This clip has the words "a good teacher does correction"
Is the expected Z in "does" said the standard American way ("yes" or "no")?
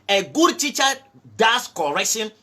no